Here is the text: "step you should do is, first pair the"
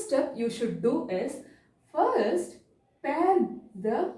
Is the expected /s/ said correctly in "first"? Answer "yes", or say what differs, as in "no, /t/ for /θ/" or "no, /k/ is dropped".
yes